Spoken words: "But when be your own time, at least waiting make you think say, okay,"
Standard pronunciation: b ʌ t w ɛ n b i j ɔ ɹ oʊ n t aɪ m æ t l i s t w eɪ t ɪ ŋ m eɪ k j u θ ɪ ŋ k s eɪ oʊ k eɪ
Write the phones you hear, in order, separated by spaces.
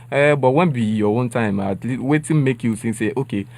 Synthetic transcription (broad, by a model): b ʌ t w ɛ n b i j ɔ w oʊ n t aɪ m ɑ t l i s w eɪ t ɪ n m eɪ k j u s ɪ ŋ s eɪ oʊ k eɪ